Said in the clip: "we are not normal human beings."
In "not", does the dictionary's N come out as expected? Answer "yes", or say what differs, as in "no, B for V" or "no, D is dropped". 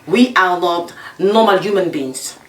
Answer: no, L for N